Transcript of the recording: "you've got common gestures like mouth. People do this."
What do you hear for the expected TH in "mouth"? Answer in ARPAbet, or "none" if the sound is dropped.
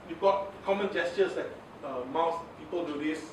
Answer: S